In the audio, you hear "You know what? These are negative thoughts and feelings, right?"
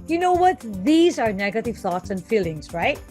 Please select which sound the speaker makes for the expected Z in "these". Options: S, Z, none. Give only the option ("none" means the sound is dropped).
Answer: Z